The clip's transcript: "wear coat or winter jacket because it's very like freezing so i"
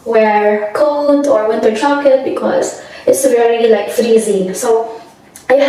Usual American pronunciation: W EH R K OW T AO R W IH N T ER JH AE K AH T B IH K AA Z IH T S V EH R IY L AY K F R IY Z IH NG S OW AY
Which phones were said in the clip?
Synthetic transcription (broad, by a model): W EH R K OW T AO R W IH N T ER CH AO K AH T B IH K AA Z IH T S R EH L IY L AY K F R IY Z IH NG S OW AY